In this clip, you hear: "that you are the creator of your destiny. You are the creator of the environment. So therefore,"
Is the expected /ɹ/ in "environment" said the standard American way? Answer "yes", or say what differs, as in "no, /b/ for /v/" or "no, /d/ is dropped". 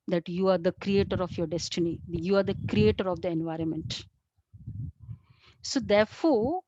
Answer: yes